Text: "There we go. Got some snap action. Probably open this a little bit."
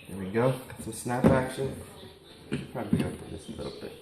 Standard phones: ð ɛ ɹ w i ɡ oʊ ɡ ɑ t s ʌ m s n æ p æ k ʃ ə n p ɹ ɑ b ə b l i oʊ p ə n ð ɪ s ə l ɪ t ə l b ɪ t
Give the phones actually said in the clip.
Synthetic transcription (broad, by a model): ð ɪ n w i ɡ oʊ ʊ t s ʌ m s n æ p æ k ʃ ə n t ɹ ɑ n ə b i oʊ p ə ð ɪ s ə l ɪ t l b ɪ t